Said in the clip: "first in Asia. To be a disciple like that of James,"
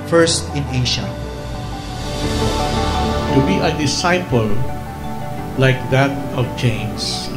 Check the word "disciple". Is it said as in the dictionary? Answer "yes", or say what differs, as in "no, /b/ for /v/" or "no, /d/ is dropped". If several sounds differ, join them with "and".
yes